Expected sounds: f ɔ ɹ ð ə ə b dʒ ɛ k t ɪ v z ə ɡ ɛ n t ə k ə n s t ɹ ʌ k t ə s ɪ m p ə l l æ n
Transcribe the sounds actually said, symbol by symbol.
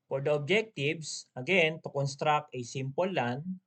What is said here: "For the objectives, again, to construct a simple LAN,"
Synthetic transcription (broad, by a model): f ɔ ɹ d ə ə b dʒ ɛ k t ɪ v s ə ɡ ɛ n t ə k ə n s t ɹ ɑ k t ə s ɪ m p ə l l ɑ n